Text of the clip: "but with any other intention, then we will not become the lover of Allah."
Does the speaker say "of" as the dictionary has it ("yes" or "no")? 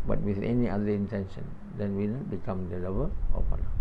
no